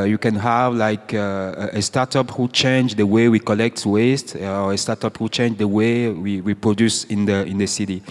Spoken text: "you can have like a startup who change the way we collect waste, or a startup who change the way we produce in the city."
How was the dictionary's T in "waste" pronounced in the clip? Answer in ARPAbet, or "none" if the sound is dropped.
T